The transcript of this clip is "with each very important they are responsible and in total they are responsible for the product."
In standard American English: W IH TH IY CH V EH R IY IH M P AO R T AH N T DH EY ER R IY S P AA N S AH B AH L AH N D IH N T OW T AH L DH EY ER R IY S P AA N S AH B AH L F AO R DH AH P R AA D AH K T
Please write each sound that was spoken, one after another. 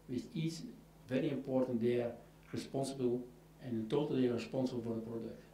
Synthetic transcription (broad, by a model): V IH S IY S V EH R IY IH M P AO R T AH N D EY ER R IY S P AA N S AH B AH L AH N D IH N T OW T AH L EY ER R IY S P AA N S AH B AH L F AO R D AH P R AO D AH K T